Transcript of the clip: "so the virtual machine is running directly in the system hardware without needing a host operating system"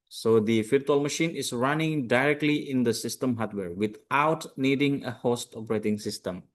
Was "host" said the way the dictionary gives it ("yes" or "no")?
yes